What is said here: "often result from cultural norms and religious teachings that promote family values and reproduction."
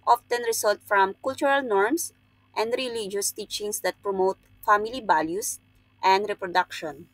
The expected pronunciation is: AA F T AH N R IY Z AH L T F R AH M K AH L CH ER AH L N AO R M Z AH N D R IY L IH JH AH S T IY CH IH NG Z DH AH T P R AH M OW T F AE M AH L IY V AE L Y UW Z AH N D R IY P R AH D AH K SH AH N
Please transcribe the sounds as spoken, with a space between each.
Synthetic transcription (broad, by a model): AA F T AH N R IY S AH L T F R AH M K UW L CH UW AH L N AO R M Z AH N D R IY L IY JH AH S T IY CH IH NG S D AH T P R AH M OW T F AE M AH L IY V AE L Y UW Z AH N D R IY P R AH D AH K SH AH N